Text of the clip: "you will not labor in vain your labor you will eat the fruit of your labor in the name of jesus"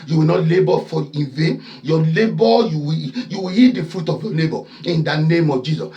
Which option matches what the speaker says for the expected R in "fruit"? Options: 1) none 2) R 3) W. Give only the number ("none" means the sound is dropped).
2